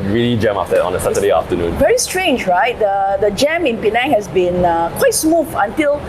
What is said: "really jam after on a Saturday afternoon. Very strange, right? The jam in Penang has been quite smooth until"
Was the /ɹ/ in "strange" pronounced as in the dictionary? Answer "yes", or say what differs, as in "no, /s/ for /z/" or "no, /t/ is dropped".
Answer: yes